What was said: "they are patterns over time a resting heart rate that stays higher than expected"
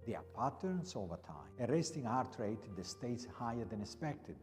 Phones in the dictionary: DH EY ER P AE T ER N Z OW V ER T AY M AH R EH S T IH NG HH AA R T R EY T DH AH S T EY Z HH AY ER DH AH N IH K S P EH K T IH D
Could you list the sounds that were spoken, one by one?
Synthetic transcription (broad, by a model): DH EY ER P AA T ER N S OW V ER T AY AH R EH S T IH NG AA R T R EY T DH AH S T EY S HH AY ER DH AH N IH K S P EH K T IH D